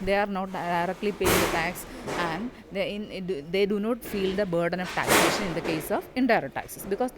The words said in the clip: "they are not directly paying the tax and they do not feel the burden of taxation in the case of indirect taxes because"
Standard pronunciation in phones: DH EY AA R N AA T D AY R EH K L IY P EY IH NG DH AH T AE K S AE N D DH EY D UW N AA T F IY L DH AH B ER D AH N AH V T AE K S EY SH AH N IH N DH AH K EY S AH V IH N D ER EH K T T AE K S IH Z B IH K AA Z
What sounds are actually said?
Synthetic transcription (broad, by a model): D EY AA R N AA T D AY R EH K L IY P EY IH NG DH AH T AE K S AE N D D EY D UW N AA T F IY L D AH B ER D AH N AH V T AE K S EY SH AH N IH N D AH K EY S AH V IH N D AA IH T T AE K S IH S B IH K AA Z